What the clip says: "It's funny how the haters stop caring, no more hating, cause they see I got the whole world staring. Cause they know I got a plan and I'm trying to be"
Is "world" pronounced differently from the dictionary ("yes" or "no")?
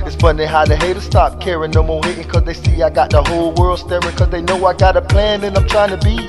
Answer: no